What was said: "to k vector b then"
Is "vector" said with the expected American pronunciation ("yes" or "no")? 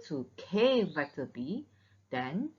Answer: no